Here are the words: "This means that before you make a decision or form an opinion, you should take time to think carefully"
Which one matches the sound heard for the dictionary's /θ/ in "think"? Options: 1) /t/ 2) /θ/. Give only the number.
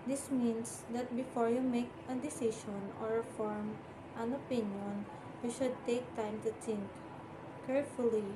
1